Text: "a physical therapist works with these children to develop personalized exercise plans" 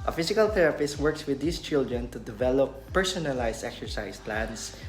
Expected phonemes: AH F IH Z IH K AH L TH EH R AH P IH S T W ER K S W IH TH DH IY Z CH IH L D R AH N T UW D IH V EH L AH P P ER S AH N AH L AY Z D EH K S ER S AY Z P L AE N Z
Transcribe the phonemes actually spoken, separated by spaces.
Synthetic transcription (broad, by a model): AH F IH S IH K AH L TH EH R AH P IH S T W ER K S W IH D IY S CH IH L D R AH N T UW D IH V EH L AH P P ER S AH N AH L AY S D EH K S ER S AY S P L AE N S